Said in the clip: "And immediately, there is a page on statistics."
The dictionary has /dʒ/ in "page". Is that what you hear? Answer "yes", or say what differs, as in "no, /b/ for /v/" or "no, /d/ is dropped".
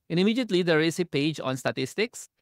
yes